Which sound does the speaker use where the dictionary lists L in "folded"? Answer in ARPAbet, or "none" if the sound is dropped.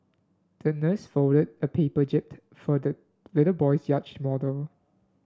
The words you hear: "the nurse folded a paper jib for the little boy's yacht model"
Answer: none